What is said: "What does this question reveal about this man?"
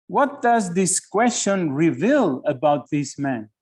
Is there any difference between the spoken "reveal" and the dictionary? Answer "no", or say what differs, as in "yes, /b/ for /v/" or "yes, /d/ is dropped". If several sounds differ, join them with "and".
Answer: no